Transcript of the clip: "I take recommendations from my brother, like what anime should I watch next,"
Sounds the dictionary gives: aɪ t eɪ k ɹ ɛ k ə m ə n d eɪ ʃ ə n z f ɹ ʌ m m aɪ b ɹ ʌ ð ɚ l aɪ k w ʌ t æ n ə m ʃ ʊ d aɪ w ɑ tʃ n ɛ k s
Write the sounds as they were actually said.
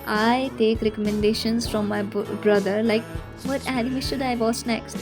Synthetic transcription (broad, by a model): aɪ t eɪ k ɹ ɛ k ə m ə n d eɪ ʃ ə n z f ɹ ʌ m m aɪ b ɹ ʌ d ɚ l aɪ k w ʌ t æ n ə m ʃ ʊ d aɪ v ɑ s n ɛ k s